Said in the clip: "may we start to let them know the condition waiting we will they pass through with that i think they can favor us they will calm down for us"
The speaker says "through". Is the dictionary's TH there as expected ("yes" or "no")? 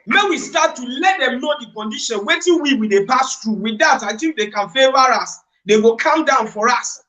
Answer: no